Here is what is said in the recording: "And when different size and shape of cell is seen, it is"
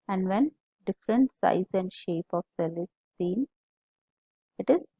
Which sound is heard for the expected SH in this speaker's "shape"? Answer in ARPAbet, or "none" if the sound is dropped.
SH